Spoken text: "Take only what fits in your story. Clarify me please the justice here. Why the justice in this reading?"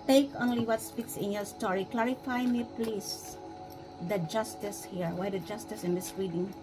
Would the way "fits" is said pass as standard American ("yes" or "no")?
no